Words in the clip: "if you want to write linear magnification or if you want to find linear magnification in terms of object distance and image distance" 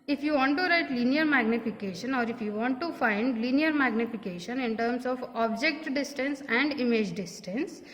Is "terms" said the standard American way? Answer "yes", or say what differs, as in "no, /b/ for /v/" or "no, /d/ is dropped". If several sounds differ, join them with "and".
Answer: no, /s/ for /z/